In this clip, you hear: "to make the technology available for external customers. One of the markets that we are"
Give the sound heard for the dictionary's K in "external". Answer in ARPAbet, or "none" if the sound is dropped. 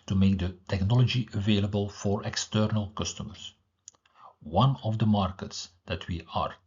K